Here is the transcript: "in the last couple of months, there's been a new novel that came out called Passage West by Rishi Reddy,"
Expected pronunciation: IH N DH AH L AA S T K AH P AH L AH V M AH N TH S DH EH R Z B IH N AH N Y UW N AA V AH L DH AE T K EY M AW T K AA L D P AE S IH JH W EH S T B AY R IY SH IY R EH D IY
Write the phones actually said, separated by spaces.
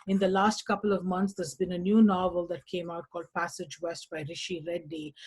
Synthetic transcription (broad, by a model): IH N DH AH L AA S T K AH P AH L AH V M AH N T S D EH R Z B IH N AH N Y UW N AA V AH L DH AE T K EY M AW T K AA L D P AE S IH JH W EH S T B AY R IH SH IY R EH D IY